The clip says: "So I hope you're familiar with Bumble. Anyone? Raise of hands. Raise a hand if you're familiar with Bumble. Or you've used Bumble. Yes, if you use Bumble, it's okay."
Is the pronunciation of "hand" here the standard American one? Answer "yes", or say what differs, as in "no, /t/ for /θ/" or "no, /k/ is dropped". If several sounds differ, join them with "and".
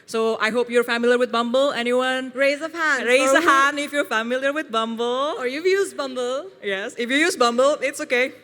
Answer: no, /d/ is dropped